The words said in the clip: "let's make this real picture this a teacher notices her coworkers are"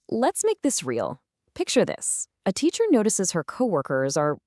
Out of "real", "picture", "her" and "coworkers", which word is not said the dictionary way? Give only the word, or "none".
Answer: none